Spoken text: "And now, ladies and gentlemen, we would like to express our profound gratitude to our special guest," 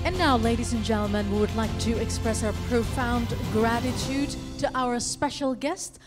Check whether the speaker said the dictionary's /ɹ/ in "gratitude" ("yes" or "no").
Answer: yes